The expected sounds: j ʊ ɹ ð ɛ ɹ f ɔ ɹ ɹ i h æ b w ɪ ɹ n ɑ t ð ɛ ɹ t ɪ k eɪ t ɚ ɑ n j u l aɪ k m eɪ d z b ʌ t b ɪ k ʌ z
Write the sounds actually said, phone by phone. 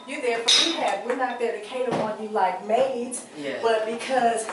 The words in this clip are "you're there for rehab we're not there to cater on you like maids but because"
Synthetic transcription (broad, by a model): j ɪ ð ɛ ɹ f ɔ ɹ w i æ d w ɪ ɹ n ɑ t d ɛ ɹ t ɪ k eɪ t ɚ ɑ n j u l aɪ k m eɪ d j b ʌ t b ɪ k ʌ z